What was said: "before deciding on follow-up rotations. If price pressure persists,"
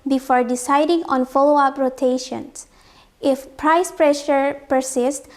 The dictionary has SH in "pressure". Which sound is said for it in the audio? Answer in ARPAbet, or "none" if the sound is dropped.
SH